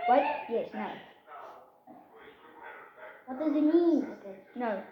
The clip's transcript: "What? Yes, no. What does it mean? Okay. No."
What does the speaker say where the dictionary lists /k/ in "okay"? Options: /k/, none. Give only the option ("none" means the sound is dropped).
none